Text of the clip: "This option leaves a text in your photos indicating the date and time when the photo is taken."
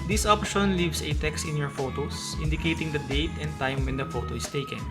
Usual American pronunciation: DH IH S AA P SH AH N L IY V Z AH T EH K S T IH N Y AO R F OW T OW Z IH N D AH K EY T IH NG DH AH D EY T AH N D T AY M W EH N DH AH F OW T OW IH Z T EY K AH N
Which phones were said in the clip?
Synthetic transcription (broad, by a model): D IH S AA P SH AH N L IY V S AH T EH K S T IH N Y AO R F OW T OW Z IH N D AH K EY T IH NG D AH D EY T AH N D T AY M W EH N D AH F OW T OW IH S T EY K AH N